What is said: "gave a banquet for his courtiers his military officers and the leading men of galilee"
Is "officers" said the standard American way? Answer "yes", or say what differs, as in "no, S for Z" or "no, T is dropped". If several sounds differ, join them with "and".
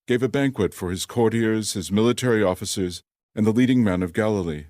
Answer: yes